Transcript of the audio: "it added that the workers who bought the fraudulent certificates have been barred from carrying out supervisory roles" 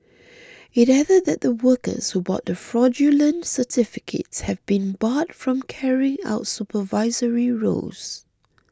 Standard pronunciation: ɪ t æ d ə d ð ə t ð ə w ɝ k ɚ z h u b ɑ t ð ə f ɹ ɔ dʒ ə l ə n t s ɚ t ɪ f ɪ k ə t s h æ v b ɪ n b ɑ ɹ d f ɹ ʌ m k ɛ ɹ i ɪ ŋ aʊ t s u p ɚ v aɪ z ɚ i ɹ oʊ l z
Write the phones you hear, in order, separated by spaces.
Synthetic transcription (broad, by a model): ɪ t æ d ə d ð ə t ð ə w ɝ k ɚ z h u b ɑ t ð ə f ɹ ɔ dʒ ə l ə n t s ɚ t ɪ f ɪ k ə t s h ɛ v b ɪ n b ɑ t f ɹ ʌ m k ɛ ɹ i ɪ ŋ aʊ t s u p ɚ v aɪ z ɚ i ɹ oʊ z